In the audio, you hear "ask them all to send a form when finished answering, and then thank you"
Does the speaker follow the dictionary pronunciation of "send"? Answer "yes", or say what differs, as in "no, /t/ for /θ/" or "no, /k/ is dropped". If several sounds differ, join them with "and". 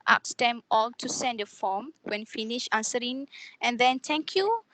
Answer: yes